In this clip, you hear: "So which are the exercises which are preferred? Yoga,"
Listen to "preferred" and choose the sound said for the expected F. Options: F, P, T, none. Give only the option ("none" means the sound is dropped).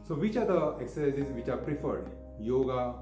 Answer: F